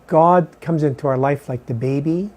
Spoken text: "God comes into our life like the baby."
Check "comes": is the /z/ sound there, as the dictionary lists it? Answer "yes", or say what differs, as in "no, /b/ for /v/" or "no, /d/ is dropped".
yes